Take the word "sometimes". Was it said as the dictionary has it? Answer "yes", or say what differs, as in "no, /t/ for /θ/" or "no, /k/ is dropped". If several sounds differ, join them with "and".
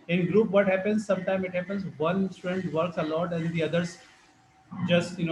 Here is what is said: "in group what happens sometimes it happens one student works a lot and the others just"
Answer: no, /z/ is dropped